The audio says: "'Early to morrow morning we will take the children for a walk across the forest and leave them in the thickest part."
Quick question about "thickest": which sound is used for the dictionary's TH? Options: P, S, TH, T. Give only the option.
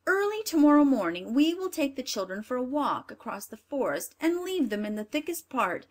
TH